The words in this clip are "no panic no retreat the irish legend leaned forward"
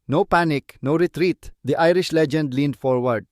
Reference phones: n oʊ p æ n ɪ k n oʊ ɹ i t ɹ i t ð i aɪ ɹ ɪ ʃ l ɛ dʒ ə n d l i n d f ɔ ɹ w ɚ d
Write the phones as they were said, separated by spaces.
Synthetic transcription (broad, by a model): n oʊ p æ n ɪ k n oʊ ɹ i t ɹ i t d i aɪ ɹ ɪ ʃ l ɛ dʒ ə n d l i n d f ɔ ɹ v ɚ d